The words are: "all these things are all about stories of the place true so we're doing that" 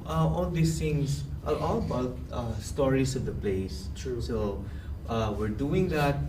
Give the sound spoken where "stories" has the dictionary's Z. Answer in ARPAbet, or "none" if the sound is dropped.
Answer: S